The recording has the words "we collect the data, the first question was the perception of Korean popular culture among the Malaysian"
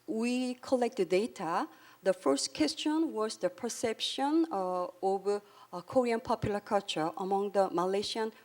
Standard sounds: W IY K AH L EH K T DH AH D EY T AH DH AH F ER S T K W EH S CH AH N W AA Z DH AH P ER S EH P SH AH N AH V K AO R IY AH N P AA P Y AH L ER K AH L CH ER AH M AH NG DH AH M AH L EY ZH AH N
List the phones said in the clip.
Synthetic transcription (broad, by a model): W IY K AH L EH K T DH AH D EY T AH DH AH F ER S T K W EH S CH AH N W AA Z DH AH P ER S EH P SH AH N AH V K AO R IY AH N P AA P Y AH L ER K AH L CH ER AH M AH NG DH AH M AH L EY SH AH N